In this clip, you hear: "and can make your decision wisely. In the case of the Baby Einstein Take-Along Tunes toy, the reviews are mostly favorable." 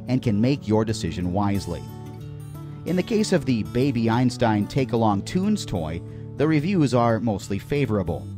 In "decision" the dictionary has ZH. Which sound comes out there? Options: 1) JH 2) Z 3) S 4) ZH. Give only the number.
4